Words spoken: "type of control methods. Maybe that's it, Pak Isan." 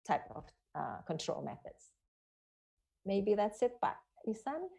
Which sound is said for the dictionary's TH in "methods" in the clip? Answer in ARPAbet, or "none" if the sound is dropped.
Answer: TH